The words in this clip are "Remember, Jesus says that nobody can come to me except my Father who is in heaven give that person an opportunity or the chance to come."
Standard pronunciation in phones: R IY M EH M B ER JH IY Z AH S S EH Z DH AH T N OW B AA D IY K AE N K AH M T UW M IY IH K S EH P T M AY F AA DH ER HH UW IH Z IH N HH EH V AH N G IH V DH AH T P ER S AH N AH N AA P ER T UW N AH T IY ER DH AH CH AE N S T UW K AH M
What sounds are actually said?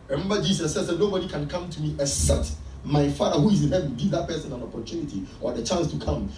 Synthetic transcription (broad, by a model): R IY M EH M B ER JH IY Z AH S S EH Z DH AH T N OW B AA D IY K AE N K AH M T UW M IY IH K S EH T M AY F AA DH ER HH UW IH Z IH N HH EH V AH G IH V DH AH T P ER S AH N AH N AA P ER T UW N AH T IY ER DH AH CH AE N S T UW K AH M